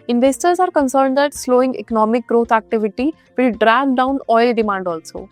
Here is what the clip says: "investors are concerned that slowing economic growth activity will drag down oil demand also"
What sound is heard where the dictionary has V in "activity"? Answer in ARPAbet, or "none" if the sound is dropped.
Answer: V